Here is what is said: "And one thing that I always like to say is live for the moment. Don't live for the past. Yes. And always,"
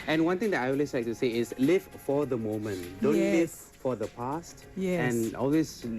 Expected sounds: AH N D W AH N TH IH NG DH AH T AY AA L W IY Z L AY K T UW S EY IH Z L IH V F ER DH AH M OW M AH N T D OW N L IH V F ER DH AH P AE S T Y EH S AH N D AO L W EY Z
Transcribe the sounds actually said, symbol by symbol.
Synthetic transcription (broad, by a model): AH N W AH N T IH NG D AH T AY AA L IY S L AY K T UW S EY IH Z L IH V F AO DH AH M OW M AH N T D OW N L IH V F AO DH AH P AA S T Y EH AH N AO L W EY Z